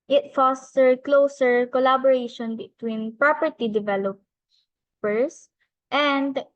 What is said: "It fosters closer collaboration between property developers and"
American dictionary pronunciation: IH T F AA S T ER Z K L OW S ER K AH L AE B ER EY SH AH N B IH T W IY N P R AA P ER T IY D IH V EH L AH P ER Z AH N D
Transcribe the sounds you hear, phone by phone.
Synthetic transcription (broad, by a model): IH T F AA S T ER K L OW S ER K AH L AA B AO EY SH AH N B IH T W IY N P R AA P ER T IY D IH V EH L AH P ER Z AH N D